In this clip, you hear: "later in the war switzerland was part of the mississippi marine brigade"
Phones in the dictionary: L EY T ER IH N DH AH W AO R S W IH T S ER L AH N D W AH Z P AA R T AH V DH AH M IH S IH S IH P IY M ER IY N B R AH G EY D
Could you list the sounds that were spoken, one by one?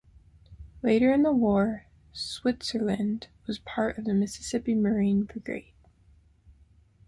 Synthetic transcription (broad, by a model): L EY T ER IH N DH AH W AO R S W IH T S ER L AH N D W AH Z P AA R T AH V DH AH M IH S IH S IH P IY M ER IY N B AH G EY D